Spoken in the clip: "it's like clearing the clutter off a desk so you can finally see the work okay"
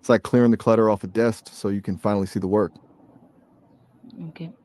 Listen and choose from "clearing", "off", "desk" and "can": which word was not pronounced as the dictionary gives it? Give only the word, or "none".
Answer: none